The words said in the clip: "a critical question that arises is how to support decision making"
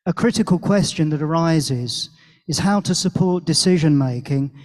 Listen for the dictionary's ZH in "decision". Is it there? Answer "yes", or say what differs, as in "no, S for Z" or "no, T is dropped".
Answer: yes